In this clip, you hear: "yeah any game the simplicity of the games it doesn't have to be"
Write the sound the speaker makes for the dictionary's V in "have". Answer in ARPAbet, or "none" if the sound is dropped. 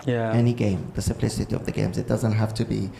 F